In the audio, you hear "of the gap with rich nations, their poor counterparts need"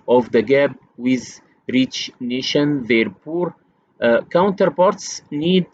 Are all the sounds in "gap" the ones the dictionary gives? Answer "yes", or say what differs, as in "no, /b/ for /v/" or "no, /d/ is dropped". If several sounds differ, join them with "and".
no, /b/ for /p/